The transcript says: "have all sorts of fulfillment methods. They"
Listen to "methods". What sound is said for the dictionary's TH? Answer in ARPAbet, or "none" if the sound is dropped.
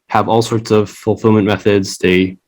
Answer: TH